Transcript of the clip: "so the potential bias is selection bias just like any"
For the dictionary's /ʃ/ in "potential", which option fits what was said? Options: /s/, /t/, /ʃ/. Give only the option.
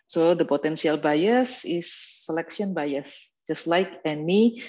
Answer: /s/